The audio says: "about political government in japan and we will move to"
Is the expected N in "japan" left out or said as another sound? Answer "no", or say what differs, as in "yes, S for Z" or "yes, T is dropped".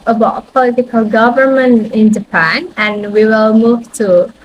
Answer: no